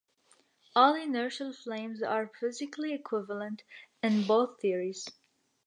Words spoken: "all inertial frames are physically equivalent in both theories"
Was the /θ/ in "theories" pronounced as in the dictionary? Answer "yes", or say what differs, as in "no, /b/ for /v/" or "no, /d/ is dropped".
yes